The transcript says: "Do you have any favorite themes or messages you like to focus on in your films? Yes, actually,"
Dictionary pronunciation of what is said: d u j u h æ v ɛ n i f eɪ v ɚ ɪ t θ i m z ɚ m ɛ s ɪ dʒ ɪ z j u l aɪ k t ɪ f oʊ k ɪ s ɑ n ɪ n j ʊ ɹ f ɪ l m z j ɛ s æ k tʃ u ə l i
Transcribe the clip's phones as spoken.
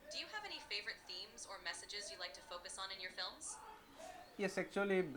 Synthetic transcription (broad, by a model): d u j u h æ v ɛ n i f eɪ v ɚ ɪ t θ i m z ɚ m ɛ s ɪ dʒ ɪ z j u l aɪ k t ɪ f oʊ k ɪ s n ɪ n j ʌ ɹ f ɪ l m z j ɛ s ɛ k tʃ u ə l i